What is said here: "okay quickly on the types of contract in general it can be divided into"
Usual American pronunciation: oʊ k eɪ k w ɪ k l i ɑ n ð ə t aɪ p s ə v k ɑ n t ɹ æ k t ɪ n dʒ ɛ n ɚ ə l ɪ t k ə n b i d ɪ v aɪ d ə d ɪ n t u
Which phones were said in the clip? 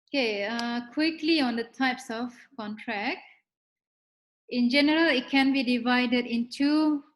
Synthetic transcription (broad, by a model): oʊ k eɪ k w ɪ k l i ɑ n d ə t aɪ p s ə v k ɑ n t ɹ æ k t ɪ n dʒ ɛ n ɚ ə l ɪ t k ə n b i d ɪ v aɪ d ə d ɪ n t u